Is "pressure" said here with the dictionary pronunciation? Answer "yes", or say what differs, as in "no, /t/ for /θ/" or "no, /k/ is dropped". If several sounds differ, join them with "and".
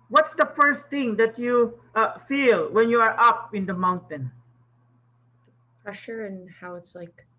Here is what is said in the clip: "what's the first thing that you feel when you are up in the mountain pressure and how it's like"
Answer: yes